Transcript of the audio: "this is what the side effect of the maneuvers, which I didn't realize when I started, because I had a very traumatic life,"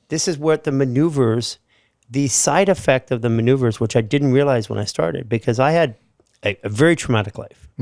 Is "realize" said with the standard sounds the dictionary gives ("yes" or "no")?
yes